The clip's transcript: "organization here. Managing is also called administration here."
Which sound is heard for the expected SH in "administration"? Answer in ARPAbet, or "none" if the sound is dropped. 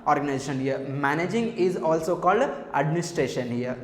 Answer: SH